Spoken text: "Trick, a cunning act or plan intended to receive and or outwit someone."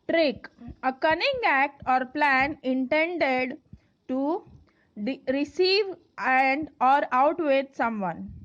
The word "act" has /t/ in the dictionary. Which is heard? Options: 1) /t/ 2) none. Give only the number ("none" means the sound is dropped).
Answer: 1